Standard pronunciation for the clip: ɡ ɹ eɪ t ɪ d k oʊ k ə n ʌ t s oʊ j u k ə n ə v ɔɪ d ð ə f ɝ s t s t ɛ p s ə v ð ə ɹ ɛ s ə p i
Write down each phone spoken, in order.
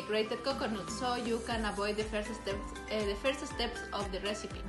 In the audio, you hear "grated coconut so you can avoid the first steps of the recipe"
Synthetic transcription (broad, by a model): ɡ ɹ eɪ t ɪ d k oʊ k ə n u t s oʊ j u k ə n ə b ɔɪ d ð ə f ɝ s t s t ɛ p s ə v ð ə ɹ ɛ s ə p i